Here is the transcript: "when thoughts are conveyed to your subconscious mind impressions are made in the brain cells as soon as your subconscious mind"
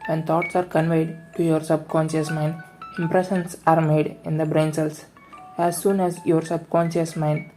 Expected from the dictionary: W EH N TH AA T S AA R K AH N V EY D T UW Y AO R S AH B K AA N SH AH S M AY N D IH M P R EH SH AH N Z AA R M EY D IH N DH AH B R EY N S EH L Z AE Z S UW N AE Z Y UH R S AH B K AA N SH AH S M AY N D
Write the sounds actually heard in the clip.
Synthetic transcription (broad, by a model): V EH N T AA T S AA R K AH N V EY D T UW Y AO R S AH B K AA N SH AH S M AY N D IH M P R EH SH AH N S AA R M EY D IH N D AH B R EY N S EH L S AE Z S UW N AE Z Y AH R S AH B K AA N SH AH S M AY N D